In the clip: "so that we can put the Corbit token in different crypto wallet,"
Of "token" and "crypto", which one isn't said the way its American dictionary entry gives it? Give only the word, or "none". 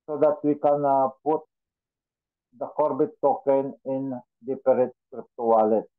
none